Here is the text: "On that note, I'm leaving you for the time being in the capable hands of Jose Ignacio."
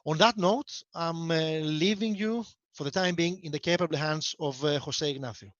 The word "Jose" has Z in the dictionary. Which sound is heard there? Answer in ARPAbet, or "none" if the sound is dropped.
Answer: S